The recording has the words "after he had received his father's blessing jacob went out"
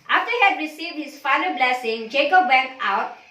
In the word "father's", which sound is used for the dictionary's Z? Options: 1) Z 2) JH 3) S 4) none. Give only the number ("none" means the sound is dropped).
4